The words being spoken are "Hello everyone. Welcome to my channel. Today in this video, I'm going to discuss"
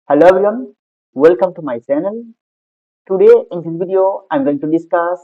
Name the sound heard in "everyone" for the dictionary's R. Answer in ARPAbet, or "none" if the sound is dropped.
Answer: none